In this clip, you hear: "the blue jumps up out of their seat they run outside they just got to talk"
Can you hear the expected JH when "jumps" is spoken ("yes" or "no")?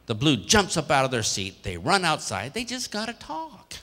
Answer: yes